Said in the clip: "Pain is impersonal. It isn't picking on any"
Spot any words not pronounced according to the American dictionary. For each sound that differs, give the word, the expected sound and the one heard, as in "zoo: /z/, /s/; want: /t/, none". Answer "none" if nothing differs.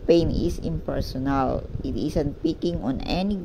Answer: is: /z/, /s/; isn't: /z/, /s/